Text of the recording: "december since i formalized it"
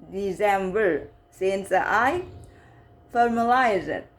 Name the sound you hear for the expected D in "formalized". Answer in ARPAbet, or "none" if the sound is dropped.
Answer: none